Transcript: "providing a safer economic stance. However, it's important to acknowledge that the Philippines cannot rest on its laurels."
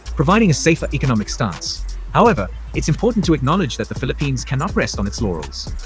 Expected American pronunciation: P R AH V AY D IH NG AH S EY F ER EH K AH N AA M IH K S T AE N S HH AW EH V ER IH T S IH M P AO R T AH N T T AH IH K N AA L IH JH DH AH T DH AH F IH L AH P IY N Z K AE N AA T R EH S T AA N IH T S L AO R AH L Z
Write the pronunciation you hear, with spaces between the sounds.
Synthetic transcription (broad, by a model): P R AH V AY D IH NG AH S EY F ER EH K AH N AA M IH K S T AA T S HH AW EH V ER IH T S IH M P AO R T N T T AH IH K N AA L IH JH DH AH T DH AH F IH L AH P IY N Z K AE N AA T R EH S T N IH T S L AO R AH L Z